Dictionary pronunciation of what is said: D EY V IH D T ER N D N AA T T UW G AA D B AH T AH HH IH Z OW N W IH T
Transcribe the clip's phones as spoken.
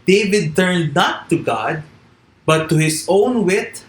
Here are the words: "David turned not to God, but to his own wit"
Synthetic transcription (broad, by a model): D EY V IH D T ER N D N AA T T UW G AA D B AH T AH HH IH S OW N W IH T